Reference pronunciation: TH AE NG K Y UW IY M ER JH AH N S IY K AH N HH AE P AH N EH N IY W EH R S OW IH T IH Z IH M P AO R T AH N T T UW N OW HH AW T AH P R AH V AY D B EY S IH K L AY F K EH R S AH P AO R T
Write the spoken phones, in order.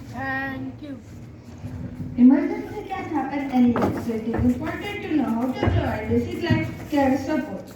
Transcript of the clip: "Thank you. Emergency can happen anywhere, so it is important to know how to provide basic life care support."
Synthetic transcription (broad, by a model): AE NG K Y UW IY M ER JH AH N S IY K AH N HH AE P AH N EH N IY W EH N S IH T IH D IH P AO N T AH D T T UW N OW HH AW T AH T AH AY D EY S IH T L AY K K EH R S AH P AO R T